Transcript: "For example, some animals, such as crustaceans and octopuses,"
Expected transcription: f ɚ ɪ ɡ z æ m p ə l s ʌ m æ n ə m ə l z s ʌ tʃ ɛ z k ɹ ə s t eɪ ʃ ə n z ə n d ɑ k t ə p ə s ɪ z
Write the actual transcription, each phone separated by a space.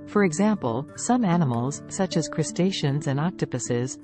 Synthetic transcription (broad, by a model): f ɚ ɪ ɡ z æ m p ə l s ʌ m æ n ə m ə l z s ʌ tʃ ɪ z k ɹ ə s t eɪ ʃ ə n z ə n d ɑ k t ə p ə s ɪ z